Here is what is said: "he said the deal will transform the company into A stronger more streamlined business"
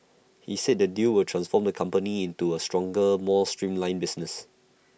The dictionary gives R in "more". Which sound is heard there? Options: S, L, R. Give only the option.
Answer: L